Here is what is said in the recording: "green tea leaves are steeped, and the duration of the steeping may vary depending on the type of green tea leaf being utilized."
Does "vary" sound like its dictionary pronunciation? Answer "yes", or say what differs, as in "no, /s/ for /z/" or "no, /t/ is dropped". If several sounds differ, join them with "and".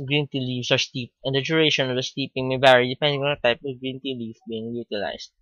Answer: no, /b/ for /v/